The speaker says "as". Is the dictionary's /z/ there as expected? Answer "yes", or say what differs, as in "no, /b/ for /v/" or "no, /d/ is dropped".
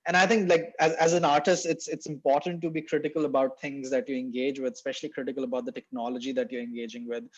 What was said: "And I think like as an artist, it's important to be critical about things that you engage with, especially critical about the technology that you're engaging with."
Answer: yes